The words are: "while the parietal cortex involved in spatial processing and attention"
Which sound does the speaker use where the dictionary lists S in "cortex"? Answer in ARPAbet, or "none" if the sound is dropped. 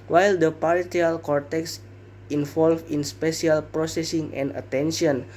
S